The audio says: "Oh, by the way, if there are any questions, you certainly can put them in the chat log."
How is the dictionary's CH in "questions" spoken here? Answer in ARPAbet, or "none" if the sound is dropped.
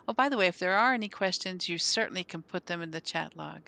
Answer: CH